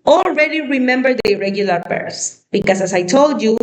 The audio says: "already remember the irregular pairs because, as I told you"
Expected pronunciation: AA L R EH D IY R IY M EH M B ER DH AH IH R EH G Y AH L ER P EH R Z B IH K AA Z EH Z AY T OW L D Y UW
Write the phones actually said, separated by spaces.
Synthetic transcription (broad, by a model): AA L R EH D IY R IY M EH M B ER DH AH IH R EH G Y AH L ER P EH R S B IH K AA S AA S AY T OW L D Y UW